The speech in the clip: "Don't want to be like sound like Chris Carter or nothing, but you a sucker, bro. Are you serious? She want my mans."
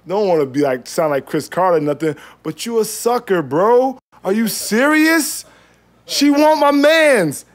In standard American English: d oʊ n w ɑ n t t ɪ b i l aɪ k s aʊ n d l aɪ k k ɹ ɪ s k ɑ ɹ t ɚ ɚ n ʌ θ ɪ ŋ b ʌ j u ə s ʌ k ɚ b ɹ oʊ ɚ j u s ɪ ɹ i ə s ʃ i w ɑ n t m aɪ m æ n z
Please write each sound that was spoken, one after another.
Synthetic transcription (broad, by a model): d oʊ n w ɑ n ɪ b i l aɪ k s aʊ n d l aɪ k k ɹ ɪ s k ɑ ɹ t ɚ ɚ n ʌ θ ɪ ŋ b ʌ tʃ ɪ ə s ʌ k ɚ b ɹ oʊ ɚ j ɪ s ɪ ɹ i ə s ʃ i w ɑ n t m aɪ m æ n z